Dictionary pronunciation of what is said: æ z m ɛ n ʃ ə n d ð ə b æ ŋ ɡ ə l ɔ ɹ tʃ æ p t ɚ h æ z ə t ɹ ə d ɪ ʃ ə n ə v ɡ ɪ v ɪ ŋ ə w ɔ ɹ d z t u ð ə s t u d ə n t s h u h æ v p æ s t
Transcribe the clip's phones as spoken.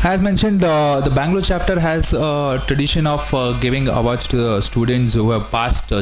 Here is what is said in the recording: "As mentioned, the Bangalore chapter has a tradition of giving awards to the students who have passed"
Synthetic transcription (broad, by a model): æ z m ɛ n ʃ ə n d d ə b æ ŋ ɡ l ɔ tʃ æ p t ɚ h æ z ə t ɹ ə d ɪ ʃ ə n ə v ɡ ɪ v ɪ ŋ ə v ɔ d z t u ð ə s t u d ə n t s h u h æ v p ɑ s t